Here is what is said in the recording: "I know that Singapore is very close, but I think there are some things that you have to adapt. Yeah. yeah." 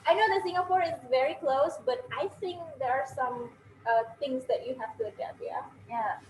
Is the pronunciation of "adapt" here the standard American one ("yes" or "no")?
no